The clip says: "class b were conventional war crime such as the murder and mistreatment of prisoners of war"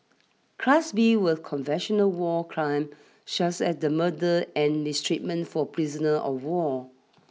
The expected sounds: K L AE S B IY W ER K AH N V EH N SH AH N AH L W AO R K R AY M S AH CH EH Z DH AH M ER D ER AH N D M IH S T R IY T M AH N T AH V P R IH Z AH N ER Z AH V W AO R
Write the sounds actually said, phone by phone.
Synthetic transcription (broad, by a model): K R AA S B IY W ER K AH N V EH N SH AH N AH L W AO K R AY M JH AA S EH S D AH M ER D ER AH N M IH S T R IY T M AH N T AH P R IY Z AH N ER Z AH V W AO